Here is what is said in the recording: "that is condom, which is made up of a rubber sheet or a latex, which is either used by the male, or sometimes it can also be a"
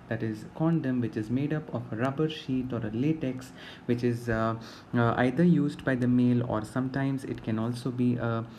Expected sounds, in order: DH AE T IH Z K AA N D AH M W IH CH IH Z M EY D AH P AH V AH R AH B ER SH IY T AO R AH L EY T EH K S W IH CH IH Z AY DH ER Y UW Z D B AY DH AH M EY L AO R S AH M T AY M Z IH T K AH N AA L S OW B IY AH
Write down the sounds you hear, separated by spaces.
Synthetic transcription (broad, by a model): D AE T IH Z K AA N D AH M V IH CH IH Z M EY D AH P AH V AH R AH B ER SH IY T AO R AH L EY T EH K S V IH CH IH Z AY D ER Y UW Z D B AY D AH M EY L AO R S AH M T AY M Z IH T K AH N AA L S OW B IY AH